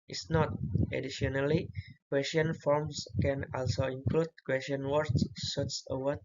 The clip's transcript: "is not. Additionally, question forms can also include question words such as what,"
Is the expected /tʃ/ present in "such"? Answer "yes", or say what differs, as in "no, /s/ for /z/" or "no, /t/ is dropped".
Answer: no, /s/ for /tʃ/